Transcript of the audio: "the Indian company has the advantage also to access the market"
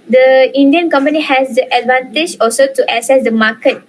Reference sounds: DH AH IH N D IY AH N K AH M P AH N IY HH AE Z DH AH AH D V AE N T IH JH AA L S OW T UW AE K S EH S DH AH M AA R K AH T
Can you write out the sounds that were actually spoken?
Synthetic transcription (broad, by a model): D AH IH N D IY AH N K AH M P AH N IY HH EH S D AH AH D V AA N T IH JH AA L S OW T UW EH S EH S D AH M AA K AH T